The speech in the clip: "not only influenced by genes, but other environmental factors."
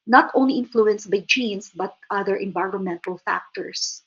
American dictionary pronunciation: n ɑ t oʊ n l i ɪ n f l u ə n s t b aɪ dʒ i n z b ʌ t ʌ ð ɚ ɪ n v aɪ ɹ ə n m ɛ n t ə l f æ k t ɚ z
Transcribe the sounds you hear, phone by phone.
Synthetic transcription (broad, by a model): n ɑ t oʊ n l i ɪ n f l u ə n s t b aɪ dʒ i n s b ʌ t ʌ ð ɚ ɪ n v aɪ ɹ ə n m ɛ n t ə l f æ k t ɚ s